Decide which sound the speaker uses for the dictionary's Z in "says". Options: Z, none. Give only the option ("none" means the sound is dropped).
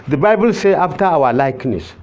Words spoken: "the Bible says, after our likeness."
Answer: none